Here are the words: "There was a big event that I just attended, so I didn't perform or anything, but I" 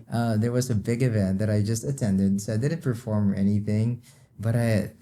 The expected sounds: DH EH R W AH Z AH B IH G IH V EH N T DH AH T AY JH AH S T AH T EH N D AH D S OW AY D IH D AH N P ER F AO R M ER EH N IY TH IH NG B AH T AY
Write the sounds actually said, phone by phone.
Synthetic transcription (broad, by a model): DH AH R W AH Z AH B IH G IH V EH N DH AH T AY JH AH S T AH T EH N D AH D S OW AY D IH D N P ER F AO R M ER EH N IY TH IH NG B AH T AY